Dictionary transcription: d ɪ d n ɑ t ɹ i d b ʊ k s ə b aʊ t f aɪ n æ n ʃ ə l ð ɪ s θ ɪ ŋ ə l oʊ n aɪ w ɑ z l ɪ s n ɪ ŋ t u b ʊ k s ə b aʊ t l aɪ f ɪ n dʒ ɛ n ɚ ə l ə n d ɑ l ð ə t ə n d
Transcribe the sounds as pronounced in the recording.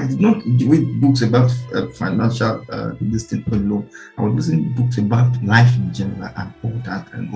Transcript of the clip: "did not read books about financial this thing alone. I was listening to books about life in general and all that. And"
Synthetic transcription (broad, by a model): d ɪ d n ɑ t w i b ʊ k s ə b aʊ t f aɪ n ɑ n ʃ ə l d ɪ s t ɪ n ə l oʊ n aɪ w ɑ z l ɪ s ɪ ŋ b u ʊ k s ə b aʊ t l aɪ f ɪ n dʒ ɛ n ɚ ə l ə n ɑ l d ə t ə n